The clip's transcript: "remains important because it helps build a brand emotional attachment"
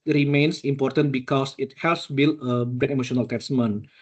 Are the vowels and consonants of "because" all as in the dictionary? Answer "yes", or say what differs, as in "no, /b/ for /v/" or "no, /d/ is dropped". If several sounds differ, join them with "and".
no, /s/ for /z/